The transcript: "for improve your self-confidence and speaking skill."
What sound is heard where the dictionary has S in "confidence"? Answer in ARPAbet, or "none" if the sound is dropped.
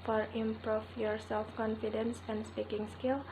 S